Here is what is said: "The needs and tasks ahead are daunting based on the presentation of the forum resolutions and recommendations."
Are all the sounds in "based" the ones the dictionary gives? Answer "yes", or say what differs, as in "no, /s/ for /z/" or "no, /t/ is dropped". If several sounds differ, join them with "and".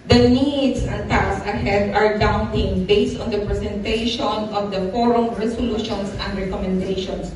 yes